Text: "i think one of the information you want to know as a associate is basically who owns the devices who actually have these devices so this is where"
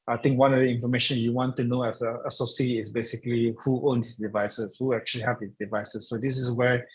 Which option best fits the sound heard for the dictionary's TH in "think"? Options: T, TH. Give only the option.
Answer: T